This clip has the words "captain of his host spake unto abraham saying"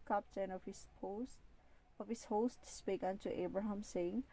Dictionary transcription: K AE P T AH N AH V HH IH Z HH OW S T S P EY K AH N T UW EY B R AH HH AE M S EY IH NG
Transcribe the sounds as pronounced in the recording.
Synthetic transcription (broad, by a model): K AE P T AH N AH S HH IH S HH OW S T S P EY K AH N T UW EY B R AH HH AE M S EY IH NG